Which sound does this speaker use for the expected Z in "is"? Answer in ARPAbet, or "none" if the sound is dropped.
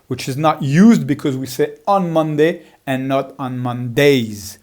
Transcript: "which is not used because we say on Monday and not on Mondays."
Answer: Z